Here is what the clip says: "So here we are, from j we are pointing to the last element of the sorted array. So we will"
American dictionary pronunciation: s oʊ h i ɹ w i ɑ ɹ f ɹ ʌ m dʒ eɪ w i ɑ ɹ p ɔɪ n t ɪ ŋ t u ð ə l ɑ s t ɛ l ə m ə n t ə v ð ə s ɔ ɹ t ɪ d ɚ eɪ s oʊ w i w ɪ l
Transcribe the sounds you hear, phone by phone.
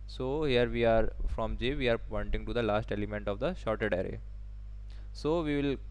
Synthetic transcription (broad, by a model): s oʊ h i ɹ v i ɑ ɹ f ɹ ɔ m dʒ eɪ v i ɑ ɹ p ɔɪ n t ɪ ŋ t u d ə l ɑ s t ɛ l ə m ə n t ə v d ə ʃ ɔ ɹ t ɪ d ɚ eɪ s oʊ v i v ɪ l